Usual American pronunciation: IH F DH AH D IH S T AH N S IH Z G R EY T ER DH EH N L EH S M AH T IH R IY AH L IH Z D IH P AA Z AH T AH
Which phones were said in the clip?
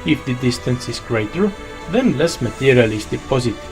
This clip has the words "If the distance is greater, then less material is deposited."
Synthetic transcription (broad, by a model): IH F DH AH D IH S T AH N S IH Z G R EY T ER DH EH N L EH S M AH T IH R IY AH L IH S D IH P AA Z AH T